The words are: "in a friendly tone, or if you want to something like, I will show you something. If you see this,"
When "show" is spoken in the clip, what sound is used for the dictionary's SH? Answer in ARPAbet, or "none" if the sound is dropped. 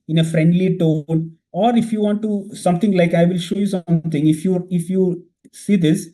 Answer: SH